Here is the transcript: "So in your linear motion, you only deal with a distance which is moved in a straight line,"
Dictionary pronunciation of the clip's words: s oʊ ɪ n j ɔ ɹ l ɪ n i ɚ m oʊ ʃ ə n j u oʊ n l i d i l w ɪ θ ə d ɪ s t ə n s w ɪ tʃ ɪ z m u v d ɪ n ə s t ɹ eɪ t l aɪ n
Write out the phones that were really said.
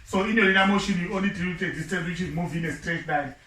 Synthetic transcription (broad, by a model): s oʊ ɪ n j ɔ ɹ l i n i m oʊ ʃ ə n j u oʊ n l i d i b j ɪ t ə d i s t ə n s w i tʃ ɪ z m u v ɪ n ə s t ɹ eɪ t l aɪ